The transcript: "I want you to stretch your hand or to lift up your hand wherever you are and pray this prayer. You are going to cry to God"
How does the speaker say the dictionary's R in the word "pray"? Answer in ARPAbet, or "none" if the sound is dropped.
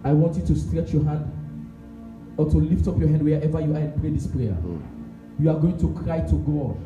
R